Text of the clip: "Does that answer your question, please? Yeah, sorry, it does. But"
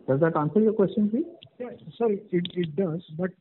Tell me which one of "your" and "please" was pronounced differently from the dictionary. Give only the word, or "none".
please